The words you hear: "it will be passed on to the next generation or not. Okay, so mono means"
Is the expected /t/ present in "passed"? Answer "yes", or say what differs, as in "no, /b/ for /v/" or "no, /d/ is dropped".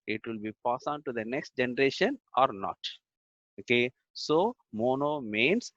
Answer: no, /t/ is dropped